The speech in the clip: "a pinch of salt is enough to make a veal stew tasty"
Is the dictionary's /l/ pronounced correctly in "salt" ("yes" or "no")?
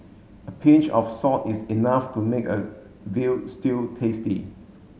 no